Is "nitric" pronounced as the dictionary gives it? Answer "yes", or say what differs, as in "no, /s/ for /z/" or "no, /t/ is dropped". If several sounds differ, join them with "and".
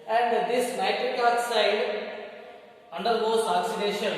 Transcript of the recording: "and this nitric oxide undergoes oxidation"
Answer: no, /ɹ/ is dropped